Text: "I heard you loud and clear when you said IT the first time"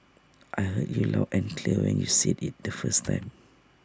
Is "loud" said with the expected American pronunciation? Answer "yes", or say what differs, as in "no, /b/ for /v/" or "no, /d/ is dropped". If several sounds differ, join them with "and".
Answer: no, /d/ is dropped